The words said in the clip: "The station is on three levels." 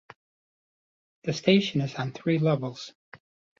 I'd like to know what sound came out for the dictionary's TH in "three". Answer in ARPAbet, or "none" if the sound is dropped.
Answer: TH